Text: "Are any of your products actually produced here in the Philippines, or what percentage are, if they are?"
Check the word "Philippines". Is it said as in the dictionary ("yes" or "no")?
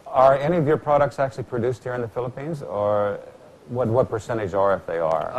yes